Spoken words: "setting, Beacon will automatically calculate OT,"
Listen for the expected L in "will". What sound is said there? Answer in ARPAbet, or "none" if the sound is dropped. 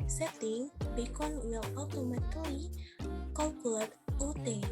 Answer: W